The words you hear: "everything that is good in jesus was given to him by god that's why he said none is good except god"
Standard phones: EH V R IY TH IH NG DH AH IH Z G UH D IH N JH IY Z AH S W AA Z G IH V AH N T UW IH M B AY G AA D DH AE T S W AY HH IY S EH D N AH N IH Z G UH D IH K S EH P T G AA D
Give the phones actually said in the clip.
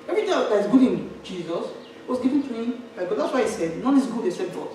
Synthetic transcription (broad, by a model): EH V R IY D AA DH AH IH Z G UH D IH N JH IY Z AH S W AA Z G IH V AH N T UW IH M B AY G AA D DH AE T S W AY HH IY S EH D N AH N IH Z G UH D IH S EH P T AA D